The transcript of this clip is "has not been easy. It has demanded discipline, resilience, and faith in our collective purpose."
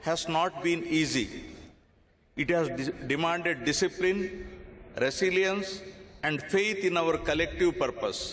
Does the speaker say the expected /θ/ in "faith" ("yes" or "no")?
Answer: no